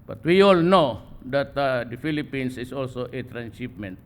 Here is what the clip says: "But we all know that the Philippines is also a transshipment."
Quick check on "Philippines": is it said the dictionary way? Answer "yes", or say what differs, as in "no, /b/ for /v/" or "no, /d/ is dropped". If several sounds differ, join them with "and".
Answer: no, /s/ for /z/